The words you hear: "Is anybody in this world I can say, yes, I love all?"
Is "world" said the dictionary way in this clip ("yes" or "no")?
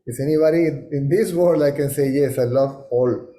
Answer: no